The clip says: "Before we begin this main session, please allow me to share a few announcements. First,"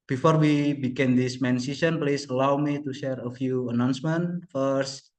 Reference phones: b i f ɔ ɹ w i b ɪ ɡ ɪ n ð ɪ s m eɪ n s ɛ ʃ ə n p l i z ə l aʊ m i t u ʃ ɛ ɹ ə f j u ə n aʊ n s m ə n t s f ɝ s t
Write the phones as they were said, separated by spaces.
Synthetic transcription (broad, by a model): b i f ɔ ɹ w i b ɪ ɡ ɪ n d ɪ s m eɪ n s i s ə n p l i s ə l aʊ m i t u ʃ ɛ ɹ ə f j u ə n aʊ n s m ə n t f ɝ s